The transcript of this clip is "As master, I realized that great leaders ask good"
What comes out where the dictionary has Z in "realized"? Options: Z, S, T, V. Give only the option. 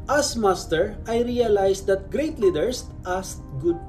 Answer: S